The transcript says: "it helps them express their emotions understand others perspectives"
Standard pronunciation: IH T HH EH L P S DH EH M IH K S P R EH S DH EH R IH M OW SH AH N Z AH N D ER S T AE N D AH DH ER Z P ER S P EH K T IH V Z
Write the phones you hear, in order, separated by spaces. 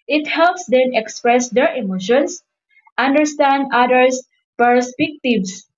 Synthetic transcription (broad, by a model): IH T HH EH L P S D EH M IH K S P R EH S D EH R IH M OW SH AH N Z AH N D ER S T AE N D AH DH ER S P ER S P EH K T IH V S